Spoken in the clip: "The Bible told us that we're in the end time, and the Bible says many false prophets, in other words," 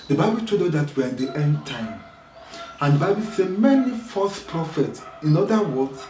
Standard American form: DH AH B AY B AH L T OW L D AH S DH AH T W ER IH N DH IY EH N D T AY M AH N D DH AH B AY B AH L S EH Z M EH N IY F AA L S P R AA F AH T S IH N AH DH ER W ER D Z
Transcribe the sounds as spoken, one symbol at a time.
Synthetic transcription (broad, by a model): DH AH B AY B AH L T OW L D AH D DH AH T W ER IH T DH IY EH N D T AY M AH N D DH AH B AY B AH L S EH M EH N IY F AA S P R AA F AH T S IH N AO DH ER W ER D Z